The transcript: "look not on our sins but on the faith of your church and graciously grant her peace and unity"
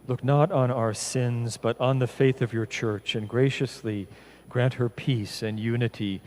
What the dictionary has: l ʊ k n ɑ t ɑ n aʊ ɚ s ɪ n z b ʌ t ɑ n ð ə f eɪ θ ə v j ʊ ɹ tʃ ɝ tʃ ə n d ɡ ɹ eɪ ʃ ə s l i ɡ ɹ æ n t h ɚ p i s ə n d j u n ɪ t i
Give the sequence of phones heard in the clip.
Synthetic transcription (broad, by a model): l ʊ k n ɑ t n aʊ ɚ s ɪ n z b ʌ t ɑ n ð ə f eɪ θ ə v j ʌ ɹ tʃ ɝ tʃ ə n ɡ ɹ eɪ ʃ ə s l i ɡ ɹ æ n t h ɚ p i s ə n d j u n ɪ t i